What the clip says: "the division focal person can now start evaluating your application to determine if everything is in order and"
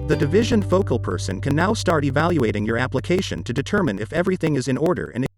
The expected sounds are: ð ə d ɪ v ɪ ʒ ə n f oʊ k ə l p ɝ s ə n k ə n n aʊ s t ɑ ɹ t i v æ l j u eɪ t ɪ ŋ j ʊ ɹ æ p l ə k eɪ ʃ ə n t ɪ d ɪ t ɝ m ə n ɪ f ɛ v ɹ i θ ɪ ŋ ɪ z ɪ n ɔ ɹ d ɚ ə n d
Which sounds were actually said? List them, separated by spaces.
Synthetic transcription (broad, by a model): ð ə d ɪ v ɪ ʒ ə n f oʊ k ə l p ɝ s ə n k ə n n aʊ s t ɑ ɹ t i v æ l j u eɪ t ɪ ŋ j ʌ ɹ æ p l ə k eɪ ʃ ə n t ɪ d ɪ t ɝ m ə n ɪ f ɛ v ɹ i θ ɪ ŋ ɪ z ɪ n ɔ ɹ d ɚ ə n